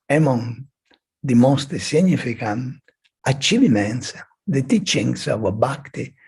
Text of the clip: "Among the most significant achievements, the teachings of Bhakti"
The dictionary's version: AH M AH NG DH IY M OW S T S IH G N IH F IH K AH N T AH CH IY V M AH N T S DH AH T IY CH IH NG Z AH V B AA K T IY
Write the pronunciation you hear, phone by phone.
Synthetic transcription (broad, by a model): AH M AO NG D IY M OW S T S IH N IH F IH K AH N AH CH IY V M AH N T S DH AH T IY CH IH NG S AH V B AA K T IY